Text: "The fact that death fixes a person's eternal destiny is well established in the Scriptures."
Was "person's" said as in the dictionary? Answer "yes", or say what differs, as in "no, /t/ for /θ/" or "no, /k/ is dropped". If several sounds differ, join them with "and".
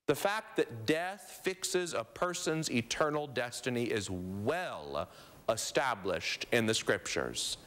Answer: yes